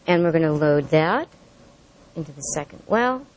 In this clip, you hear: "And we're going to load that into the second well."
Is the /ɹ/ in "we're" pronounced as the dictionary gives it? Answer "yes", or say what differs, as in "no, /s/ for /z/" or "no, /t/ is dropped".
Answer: yes